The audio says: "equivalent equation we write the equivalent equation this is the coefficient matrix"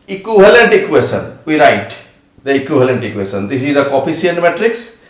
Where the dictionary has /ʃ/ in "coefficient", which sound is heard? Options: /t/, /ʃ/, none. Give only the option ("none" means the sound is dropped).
none